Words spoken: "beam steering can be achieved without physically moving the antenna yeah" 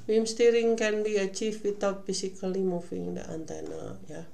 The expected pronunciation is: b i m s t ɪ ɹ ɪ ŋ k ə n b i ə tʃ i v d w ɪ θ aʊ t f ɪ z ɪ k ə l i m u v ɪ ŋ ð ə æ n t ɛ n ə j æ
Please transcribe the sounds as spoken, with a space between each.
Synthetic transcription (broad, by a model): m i m s t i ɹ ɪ ŋ k ə n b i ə tʃ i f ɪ t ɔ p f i s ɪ k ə l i m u f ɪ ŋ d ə æ n t ɛ n ə j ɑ